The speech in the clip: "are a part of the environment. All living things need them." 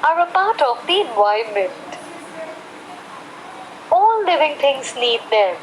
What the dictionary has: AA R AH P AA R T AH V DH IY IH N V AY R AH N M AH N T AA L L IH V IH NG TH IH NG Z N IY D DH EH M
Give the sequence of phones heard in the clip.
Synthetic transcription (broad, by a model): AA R AH P AA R T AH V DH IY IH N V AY AH M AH N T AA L L IH V IH NG T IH NG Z N IY D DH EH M